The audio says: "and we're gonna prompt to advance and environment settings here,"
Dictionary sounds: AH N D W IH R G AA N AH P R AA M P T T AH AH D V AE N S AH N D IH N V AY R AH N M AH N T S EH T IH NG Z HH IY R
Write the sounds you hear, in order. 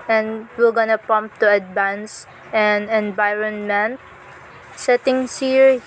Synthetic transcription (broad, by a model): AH N D W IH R G AA N AH P AA M P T T AH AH D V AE N S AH N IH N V AY R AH N M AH N T S EH T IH NG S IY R